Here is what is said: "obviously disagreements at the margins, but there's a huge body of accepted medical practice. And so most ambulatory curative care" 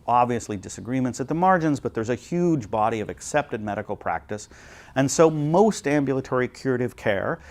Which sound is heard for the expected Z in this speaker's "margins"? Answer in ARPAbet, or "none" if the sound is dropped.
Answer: Z